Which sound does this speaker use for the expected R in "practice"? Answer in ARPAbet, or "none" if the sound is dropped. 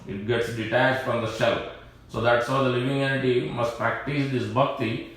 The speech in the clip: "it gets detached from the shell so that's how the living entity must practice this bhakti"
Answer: R